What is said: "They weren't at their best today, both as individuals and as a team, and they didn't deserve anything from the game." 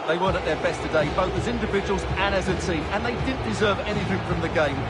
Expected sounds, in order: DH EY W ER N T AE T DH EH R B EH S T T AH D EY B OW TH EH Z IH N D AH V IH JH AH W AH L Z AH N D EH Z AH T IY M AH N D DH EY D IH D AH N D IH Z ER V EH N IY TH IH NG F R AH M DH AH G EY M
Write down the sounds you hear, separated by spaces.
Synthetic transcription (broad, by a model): DH EY W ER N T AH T DH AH R B EH S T T AH D EY B OW TH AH Z IH N D AH V IH JH AH W AH L Z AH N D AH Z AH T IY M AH N DH EY D IH D N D IH Z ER V EH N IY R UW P F R AH M DH AH G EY M